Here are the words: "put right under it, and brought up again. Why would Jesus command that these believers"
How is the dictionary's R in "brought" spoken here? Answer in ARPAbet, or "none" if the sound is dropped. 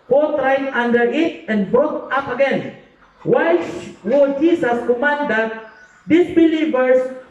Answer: none